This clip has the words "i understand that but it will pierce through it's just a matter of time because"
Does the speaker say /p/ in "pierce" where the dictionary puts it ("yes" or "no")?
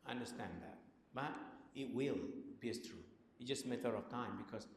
no